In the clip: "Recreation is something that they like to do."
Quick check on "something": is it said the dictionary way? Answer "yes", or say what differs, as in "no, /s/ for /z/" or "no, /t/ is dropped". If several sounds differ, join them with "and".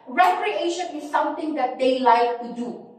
no, /t/ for /θ/